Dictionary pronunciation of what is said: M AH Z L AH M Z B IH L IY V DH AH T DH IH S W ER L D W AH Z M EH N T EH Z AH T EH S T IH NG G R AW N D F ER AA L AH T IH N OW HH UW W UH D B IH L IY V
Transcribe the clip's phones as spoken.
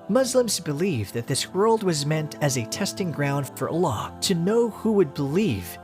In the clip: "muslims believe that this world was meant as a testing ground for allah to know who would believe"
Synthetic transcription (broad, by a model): M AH Z L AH M Z B IH L IY V DH AH T DH IH S W ER L D W AH Z M EH N T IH Z AH T EH S T IH NG G R AW N D F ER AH L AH T IH N OW HH UW W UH D B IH L IY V